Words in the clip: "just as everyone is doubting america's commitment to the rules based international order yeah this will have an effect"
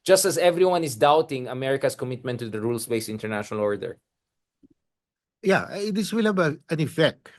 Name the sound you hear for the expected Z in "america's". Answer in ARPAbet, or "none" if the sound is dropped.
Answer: S